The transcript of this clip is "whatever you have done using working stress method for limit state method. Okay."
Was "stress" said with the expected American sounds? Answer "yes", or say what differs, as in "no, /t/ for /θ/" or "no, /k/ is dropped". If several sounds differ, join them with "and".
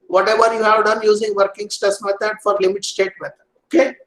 no, /ɹ/ is dropped